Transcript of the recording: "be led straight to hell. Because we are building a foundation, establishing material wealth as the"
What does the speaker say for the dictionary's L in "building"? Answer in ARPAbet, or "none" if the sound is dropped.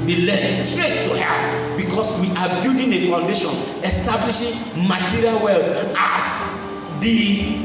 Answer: none